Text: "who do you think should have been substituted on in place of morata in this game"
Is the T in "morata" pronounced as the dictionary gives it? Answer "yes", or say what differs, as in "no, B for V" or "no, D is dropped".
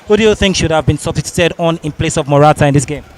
yes